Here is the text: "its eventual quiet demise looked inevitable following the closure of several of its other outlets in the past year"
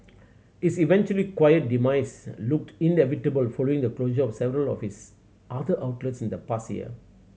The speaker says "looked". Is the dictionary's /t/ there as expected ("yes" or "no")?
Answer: yes